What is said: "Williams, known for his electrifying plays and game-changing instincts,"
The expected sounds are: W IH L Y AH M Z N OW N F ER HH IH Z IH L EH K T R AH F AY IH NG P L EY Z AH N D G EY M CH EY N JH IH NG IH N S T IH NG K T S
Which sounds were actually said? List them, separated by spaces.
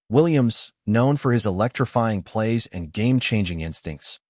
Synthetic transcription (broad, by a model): W IH L Y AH M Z N OW N F ER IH Z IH L EH K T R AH F AY IH NG P L EY Z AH N G EY M CH EY N JH IH NG IH N S T IH NG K T S